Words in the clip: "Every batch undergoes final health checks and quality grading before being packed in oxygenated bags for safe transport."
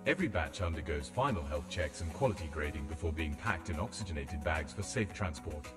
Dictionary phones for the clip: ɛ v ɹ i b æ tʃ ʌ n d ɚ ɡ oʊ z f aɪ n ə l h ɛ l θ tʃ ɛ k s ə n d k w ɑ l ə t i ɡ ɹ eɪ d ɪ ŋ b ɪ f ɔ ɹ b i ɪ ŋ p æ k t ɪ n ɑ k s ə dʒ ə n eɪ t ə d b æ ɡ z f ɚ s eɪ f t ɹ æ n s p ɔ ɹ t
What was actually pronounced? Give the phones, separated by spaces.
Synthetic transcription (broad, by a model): ɛ v ɹ i b æ tʃ ʌ n d ɚ ɡ oʊ z f aɪ n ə l h ɛ l θ tʃ ɛ k s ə n k w ɑ l ə t i ɡ ɹ eɪ d ɪ ŋ b ɪ f ɔ ɹ b i ɪ ŋ p æ k t ɪ n ɑ k s ə dʒ ə n eɪ t ə d b æ ɡ z f ɚ s eɪ f t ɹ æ n s p ɔ ɹ t